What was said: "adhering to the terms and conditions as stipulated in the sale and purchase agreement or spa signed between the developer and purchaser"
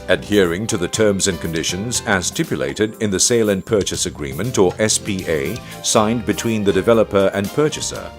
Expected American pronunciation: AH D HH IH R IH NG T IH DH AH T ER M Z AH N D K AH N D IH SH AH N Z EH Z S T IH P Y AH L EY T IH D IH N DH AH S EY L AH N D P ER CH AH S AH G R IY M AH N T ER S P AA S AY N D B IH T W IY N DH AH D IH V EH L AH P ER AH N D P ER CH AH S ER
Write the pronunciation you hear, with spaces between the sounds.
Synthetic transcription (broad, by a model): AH D HH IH R IH NG T IH DH AH T ER M Z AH N K AH N D IH SH AH N Z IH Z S T IH P Y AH L EY T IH D IH N DH AH S EY L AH N P ER CH AH S AH G R IY M AH N T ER S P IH S AY N B IH T W IY N DH AH D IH V EH L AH P ER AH N P ER CH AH S ER